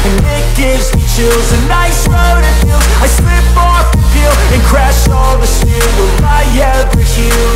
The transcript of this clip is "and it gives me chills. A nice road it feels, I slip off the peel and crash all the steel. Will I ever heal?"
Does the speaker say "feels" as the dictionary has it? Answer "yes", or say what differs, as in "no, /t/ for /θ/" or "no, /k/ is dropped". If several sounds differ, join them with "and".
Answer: no, /z/ is dropped